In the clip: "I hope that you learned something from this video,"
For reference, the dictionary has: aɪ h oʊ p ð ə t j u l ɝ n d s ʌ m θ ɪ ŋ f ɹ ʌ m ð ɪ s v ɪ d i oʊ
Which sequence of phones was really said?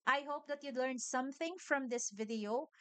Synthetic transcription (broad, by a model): aɪ h oʊ p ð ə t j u l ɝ n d s ʌ m θ ɪ ŋ f ɹ ʌ m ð ɪ s v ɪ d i oʊ